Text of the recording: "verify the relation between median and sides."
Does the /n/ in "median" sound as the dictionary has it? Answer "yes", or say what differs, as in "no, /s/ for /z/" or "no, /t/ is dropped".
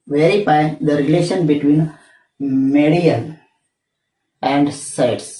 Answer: no, /l/ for /n/